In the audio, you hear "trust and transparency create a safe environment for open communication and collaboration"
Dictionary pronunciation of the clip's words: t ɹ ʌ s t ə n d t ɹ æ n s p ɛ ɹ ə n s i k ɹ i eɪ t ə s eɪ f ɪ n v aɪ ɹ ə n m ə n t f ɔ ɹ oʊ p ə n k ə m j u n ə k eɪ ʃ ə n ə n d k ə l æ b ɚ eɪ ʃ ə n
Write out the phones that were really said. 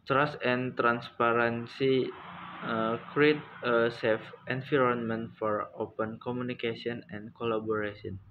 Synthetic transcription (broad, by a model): t ɹ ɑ s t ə n t ɹ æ n s p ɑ ɹ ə n s i k ɹ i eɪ t ə s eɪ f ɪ n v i ɹ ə n m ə n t f ɔ ɹ oʊ p ə n k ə m u n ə k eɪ s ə n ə n k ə l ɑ b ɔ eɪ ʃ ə n